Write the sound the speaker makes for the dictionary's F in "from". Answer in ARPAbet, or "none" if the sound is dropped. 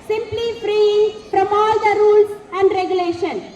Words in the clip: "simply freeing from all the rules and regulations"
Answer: P